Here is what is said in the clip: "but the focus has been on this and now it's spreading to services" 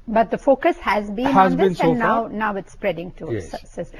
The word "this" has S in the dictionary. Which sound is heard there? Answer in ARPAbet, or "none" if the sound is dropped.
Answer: none